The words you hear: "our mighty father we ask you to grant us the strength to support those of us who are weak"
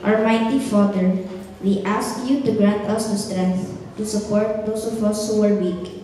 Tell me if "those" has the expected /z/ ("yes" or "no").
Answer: no